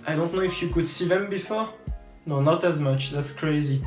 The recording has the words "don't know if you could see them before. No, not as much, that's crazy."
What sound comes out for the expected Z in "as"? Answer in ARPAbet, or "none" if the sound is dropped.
Z